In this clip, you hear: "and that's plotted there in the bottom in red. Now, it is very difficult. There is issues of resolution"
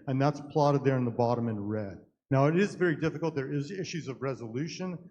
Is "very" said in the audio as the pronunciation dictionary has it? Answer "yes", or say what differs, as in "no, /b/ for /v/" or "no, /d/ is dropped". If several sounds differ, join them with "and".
yes